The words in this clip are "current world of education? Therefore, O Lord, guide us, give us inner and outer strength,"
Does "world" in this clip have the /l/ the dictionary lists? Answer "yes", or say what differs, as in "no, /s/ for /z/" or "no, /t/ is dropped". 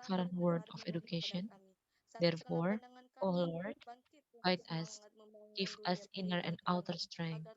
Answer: no, /l/ is dropped